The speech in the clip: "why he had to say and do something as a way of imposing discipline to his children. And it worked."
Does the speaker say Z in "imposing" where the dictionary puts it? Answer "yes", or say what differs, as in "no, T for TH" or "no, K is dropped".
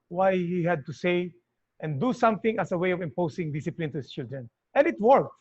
no, S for Z